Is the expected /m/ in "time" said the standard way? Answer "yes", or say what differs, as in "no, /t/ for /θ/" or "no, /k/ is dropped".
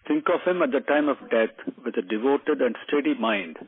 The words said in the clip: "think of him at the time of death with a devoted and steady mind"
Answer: yes